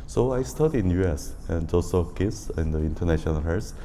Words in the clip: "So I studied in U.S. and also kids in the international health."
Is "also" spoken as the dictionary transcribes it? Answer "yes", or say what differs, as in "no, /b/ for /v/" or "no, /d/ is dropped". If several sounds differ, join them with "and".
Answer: no, /l/ is dropped